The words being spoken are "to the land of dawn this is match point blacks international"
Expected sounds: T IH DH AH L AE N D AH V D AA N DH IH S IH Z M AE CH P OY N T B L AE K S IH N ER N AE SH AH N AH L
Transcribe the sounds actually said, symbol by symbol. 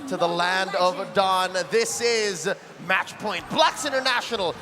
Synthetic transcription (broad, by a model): T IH DH AH L AE N D AH V D AA N DH IH S IH Z M AE CH P OY N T B L AE K S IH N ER N AE SH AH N L